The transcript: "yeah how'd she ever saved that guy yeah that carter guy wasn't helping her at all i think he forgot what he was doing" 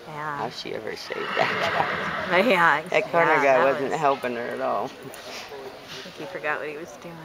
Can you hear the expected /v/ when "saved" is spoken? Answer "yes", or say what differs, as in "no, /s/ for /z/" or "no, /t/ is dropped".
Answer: no, /v/ is dropped